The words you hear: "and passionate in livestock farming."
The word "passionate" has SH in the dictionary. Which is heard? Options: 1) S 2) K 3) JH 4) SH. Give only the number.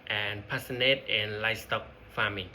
1